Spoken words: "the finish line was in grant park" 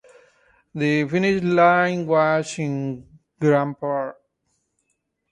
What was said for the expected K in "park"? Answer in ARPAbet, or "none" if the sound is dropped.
none